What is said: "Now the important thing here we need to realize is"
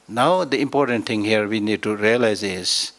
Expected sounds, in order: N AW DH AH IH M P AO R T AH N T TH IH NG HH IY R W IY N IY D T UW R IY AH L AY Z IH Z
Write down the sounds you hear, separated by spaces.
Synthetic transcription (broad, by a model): N AW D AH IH M P AO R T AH N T T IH NG HH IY R W IY N IY D T UW R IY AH L AY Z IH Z